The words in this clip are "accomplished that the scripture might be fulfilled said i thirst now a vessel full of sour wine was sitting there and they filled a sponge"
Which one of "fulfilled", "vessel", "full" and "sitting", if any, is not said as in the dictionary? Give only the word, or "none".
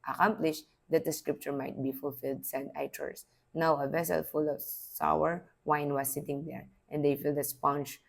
none